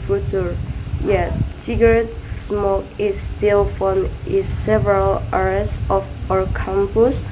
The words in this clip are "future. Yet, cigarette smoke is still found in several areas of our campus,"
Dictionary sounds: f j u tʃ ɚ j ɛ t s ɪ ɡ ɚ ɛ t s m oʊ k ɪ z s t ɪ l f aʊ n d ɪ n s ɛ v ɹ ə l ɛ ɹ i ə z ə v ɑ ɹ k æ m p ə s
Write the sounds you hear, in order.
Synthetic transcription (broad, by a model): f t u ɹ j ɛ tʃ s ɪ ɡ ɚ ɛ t s m oʊ k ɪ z s t ɪ l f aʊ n ɪ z s ɛ v ɹ ə l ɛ ɹ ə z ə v ɑ ɹ k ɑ m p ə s